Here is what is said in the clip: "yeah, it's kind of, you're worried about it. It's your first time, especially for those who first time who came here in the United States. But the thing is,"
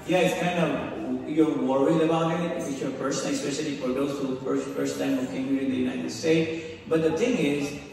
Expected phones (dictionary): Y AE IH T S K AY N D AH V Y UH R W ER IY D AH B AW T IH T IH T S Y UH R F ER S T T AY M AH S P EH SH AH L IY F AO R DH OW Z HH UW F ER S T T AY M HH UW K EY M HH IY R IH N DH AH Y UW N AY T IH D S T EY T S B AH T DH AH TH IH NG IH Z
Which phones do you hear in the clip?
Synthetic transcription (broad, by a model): Y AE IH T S K AY N D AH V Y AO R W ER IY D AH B AW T IH T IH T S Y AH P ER S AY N AH S P EH SH AH L IY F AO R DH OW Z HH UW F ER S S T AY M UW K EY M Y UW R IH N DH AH Y UW N AY T IH D S T EY T S B AH T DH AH T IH NG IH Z